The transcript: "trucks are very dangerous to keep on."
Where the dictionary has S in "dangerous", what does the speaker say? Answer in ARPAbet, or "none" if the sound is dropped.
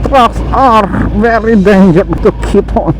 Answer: none